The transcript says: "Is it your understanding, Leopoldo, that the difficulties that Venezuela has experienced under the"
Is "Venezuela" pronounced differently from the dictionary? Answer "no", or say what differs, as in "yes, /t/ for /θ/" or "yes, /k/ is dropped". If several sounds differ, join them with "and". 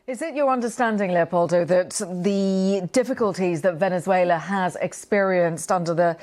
no